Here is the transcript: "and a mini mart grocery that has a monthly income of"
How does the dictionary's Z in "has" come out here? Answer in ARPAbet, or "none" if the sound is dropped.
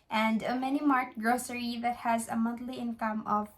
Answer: Z